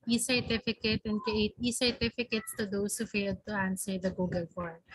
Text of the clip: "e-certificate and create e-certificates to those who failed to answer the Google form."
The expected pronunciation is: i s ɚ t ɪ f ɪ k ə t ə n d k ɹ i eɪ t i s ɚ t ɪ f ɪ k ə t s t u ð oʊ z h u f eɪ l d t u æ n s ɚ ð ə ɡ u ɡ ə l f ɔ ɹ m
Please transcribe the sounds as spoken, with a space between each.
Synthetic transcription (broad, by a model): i s ɚ t ɪ f ɪ k ə t ə n d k i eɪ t i s ɚ t ɪ f ɪ k ə t s t u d oʊ s h u f eɪ l d t u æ n s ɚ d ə ɡ u ɡ ə l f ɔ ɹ